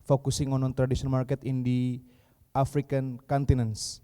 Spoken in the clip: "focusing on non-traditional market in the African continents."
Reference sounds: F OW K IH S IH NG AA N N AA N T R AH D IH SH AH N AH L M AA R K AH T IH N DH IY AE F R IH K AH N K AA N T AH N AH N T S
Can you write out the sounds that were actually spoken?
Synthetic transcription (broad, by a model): F OW K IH S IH NG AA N N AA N T R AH D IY S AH AH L M AA R K AH T IH N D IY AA F R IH K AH N K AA N T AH N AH N S